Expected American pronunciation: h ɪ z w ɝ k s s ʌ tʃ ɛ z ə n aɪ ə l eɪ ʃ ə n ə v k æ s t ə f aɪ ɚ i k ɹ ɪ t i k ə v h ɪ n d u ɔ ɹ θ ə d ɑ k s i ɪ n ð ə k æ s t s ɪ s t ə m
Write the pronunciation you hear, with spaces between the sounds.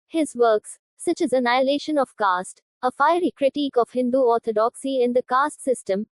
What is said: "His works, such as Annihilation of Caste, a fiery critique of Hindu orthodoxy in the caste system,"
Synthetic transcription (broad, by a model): h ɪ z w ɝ k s s ʌ tʃ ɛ z ə n aɪ ə l eɪ ʃ ə n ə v k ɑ s t ə f aɪ ɚ i k ɹ ɪ t i k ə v h ɪ n d u ɔ ɹ t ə d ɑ k s i ɪ n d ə k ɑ s t s ɪ s t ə m